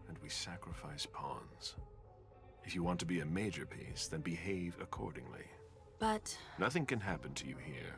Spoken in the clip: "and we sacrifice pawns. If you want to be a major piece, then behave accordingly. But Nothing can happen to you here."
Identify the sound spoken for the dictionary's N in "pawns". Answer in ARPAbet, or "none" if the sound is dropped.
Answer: N